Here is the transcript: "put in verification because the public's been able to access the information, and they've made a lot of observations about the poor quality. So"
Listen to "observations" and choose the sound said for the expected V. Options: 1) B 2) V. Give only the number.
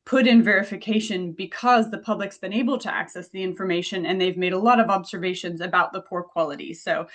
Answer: 2